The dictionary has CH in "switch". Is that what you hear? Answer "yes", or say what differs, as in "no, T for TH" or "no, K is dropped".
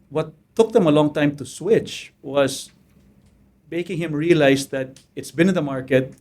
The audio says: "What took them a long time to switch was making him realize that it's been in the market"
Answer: yes